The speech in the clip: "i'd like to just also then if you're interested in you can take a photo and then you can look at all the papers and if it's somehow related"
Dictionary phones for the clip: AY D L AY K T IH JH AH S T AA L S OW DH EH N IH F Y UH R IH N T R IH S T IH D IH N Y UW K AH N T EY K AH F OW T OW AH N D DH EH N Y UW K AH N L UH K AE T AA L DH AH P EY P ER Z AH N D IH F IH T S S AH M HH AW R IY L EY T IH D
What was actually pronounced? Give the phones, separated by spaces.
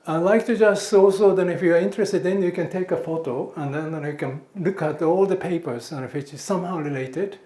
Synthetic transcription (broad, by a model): AY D L AY K T IH JH AH S T AA L S OW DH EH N IH F Y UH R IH N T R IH S T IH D IH N Y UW K AH N T EY K AH F OW T OW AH N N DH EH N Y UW K AH N L UH K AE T AA L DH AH P EY P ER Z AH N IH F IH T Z S AH M HH AW R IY L EY T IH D